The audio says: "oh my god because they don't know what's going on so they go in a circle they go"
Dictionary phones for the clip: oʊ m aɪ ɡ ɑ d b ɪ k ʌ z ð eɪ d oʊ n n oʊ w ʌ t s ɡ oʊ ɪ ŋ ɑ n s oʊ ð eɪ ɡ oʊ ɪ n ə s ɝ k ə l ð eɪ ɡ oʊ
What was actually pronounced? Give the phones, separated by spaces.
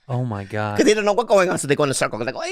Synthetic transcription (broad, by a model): oʊ m aɪ ɡ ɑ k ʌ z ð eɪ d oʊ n n oʊ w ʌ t ɡ oʊ ɪ ŋ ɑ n s oʊ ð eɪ ɡ oʊ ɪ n ə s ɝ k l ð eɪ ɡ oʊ